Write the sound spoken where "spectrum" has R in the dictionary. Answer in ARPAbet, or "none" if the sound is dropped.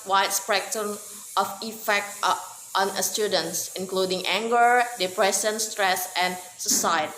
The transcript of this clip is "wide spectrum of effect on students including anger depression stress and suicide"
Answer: none